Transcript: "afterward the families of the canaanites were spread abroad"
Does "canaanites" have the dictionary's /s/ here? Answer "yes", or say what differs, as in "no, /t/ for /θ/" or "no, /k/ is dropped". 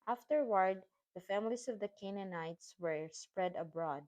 yes